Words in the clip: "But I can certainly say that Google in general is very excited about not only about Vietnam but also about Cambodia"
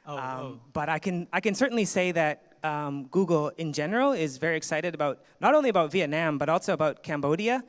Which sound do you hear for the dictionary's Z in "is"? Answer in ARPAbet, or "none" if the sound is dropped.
Z